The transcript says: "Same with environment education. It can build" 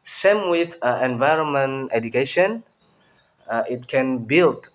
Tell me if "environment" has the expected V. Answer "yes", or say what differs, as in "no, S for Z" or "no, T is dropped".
yes